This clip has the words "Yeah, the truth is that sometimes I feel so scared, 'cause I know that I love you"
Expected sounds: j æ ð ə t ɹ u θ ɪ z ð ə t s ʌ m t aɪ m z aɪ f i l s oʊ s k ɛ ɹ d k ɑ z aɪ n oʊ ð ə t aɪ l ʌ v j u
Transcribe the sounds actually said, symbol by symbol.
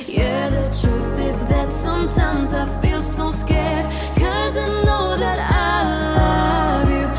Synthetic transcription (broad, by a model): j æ ð ə t ɹ u θ ɪ z ð ə t s ʌ m t aɪ m z aɪ f i l s oʊ s k ɛ ɹ d k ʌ z aɪ n oʊ ð ə t aɪ l ʌ v j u